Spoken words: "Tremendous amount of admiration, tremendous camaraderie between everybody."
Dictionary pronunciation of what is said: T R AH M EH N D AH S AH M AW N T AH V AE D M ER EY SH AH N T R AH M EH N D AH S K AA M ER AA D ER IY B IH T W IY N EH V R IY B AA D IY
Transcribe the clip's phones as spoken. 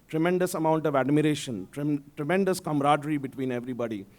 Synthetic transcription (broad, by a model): T R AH M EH N D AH S AH M AW N T AH V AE D M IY EY SH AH N T R AH M EH N D AH S K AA M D AA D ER IY B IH T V IY N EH V R IY B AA D IY